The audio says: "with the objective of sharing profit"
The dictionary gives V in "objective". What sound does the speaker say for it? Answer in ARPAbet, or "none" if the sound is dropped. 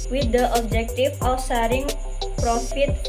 F